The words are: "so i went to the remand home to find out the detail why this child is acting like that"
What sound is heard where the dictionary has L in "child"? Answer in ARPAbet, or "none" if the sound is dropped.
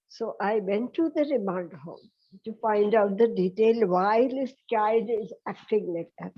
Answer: none